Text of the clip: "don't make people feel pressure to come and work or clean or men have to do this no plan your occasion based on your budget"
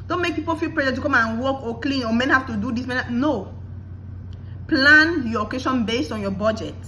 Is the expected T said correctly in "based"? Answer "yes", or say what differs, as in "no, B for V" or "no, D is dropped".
yes